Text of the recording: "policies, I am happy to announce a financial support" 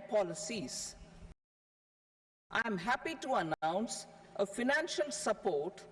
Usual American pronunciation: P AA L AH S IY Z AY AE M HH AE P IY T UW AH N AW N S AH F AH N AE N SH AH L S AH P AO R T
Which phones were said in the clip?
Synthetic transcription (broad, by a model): P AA L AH S IY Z AY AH M HH AE P IY T UW AH N AW N S AH F AH N AE N SH AH L S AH P AO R T